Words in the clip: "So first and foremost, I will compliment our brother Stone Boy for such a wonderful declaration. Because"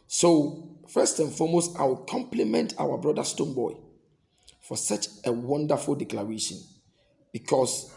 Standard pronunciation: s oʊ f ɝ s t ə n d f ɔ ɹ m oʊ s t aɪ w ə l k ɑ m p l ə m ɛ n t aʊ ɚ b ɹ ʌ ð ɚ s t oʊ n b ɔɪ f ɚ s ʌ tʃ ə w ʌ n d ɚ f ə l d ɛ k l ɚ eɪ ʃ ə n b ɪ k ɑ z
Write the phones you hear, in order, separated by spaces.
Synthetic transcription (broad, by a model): s oʊ f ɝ s t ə n f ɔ m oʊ s t aɪ w ə l k ɑ m p l ə m ɛ n t aʊ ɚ b ɹ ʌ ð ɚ s t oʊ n b ɔɪ f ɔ s ʌ tʃ ə w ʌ n d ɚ f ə l d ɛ k l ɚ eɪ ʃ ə n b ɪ k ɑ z